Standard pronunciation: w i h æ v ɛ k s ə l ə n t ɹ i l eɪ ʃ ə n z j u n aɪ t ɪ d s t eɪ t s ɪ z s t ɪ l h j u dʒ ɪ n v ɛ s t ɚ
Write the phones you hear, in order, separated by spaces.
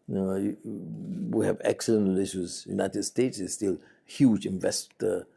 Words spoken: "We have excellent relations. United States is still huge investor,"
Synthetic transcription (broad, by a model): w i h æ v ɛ k s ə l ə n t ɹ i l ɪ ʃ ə z j u n aɪ t ɪ d s t eɪ t s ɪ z s t ɪ l h j u dʒ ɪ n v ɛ s t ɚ